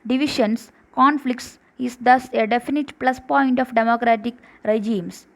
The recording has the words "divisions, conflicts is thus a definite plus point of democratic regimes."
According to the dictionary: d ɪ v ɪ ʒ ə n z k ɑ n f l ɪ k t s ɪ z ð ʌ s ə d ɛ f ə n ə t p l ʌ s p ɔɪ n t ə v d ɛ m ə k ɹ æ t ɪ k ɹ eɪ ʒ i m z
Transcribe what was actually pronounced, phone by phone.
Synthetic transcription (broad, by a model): d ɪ v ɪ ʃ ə n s k ɑ n f l ɪ k t s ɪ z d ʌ s ə d ɛ f ə n ə t p l ʌ s p ɔɪ n t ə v d ɛ m ə k ɹ æ t ɪ k ɹ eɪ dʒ i m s